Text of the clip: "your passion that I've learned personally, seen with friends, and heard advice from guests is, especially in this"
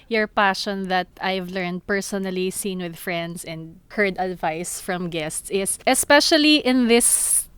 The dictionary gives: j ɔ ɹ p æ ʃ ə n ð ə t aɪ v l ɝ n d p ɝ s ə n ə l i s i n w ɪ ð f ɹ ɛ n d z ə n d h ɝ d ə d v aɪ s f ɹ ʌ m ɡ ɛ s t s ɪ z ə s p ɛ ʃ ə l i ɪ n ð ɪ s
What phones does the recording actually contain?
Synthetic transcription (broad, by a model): j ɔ ɹ p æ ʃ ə n ð ə t aɪ v l ɝ n d p ɝ s ə n ə l i s i n w ɪ ð f ɹ ɛ n d s ə n d h ɝ d ə d v aɪ s f ɹ ʌ m ɡ ɛ s t s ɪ s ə s p ɛ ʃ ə l i ɪ n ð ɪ s